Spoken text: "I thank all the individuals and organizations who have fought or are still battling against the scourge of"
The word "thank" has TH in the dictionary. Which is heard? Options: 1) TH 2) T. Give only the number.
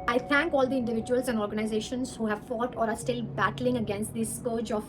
2